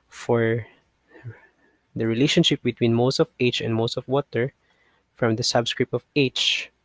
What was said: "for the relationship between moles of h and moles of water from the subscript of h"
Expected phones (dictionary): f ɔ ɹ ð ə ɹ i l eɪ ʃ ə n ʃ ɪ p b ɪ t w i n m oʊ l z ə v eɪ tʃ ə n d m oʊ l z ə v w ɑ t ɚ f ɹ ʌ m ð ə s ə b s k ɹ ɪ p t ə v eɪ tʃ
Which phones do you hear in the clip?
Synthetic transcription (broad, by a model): f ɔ ɹ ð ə ɹ i l eɪ ʃ ə n ʃ ɪ p b ɪ t w i n m oʊ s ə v eɪ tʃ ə n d m oʊ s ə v w ɑ t ɚ f ɹ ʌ m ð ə s ə b s k ɹ ɪ p t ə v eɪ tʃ